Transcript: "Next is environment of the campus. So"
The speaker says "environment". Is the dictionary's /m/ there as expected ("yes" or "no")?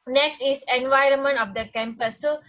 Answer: yes